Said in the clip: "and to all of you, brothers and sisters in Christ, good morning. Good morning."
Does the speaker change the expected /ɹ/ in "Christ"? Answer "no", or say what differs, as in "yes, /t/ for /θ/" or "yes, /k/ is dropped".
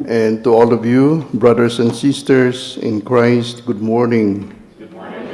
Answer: no